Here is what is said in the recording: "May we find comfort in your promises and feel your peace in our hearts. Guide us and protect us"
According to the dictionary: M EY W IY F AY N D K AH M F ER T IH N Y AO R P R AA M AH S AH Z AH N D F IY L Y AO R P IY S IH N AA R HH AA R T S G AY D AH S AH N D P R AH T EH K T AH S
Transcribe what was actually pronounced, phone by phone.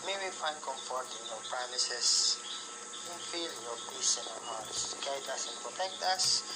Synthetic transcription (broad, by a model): M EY W IY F AY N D K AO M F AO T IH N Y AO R P R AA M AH S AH S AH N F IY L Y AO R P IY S IH N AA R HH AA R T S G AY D AH S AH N P R AH T EH K T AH S